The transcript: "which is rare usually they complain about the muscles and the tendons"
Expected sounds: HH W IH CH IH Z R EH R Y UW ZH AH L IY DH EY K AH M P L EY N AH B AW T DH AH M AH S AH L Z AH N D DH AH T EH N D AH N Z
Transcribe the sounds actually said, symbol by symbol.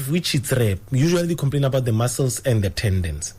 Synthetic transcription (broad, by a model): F W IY CH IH S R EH Y UW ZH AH IY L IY K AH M P L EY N AH B AW T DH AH M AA S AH L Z AH N D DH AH T EH N D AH N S